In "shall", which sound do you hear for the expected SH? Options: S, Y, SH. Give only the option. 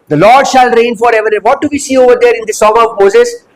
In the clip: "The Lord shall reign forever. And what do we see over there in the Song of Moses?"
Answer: SH